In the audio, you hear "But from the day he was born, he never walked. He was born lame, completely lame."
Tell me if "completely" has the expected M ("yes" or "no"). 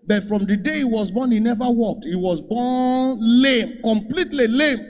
yes